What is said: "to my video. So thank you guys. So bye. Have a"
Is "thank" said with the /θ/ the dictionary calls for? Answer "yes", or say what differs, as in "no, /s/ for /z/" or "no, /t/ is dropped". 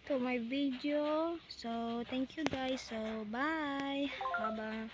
no, /t/ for /θ/